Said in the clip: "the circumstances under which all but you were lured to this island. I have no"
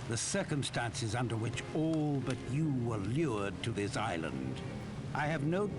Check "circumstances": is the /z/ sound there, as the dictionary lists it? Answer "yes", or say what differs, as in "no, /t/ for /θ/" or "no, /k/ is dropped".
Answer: yes